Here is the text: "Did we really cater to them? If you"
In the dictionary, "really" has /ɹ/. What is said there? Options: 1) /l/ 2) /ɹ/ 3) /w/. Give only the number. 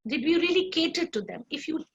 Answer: 2